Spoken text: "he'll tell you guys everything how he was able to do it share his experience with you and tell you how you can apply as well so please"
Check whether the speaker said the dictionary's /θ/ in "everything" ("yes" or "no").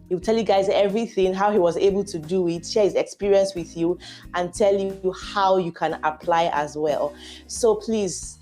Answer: yes